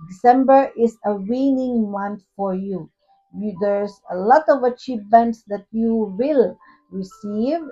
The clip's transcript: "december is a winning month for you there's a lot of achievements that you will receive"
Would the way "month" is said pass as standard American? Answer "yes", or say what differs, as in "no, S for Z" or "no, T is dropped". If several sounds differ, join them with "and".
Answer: no, T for TH